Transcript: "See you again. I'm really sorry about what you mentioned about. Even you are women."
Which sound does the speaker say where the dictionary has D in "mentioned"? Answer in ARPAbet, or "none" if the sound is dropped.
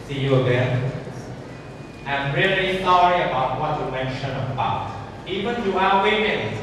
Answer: none